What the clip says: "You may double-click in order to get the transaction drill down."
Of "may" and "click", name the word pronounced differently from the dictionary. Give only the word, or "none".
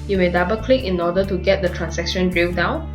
none